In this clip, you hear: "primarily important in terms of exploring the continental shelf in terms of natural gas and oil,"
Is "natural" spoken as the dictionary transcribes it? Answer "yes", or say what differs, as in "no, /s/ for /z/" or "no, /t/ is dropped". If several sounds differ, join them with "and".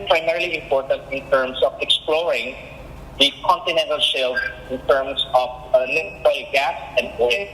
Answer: no, /l/ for /n/